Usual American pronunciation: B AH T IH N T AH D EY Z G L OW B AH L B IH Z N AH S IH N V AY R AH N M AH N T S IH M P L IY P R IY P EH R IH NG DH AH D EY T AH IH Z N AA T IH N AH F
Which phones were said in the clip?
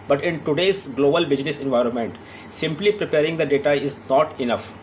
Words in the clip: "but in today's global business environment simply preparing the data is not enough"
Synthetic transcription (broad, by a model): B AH T IH N T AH D EY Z G L OW B AH L B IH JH N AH S IH N V AY R AH N M AH N T S IH M P L IY P R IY P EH R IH NG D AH D EY T AH IH Z N AA T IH N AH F